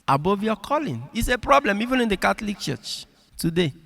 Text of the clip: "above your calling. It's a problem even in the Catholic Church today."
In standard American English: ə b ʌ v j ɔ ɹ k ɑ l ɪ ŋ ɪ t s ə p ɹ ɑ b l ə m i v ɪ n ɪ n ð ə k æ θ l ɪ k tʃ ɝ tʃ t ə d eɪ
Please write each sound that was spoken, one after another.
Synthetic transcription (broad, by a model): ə b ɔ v j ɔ k ɑ l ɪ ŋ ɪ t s ə p ɹ ɑ b l ə m i v ɪ n ɪ n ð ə k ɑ t l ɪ k tʃ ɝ tʃ t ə d eɪ